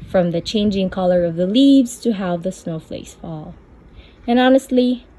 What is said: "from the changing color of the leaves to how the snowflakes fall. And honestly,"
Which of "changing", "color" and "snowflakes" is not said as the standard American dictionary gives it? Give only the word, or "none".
snowflakes